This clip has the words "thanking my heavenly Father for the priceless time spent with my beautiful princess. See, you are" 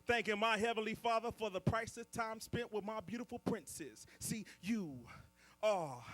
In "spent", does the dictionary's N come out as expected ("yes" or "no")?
yes